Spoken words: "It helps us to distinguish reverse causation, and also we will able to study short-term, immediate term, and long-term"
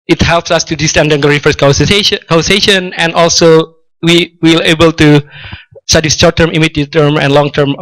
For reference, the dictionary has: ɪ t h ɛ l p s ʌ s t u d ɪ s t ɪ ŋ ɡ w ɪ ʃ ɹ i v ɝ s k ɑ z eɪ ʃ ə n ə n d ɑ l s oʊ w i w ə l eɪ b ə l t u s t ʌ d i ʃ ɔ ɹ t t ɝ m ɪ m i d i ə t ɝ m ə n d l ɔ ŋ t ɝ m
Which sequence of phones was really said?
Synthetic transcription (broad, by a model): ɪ t h ɛ l p s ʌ s t u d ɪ s t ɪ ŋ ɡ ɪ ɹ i f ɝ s k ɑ s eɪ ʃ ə n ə n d ɑ l s oʊ w i w ə l eɪ b ə l t u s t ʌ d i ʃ ɔ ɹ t t ɝ m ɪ m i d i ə t ɝ m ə n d l ɔ ŋ t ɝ m